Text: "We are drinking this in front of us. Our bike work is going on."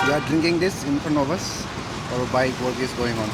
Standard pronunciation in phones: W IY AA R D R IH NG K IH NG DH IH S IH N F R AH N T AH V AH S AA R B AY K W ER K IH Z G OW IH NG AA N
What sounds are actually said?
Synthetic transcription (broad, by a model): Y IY AA R D R IH NG K IH NG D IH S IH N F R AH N AH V AH S AA R B AY K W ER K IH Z G OW IH NG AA N